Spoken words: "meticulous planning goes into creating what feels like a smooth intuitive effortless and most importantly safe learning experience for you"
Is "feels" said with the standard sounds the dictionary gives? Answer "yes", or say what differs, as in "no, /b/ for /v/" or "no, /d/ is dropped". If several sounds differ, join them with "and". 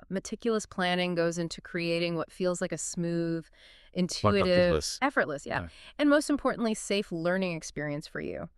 yes